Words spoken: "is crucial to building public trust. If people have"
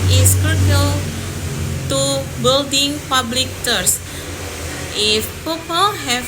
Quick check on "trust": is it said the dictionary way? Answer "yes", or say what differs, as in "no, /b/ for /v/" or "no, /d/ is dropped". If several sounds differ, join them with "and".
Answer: no, /ɹ/ is dropped